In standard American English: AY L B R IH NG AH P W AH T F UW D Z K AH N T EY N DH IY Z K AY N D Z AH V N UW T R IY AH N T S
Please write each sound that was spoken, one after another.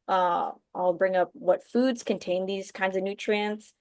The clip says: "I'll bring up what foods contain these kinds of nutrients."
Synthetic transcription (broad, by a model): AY L B R IH NG AH P W AH T F UW D Z K AH N T EY N DH IY Z K AY N D Z AH V N UW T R IY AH N T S